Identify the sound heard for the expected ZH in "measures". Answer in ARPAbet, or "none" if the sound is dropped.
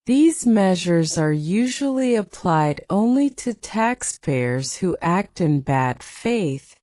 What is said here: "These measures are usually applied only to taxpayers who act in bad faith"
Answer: ZH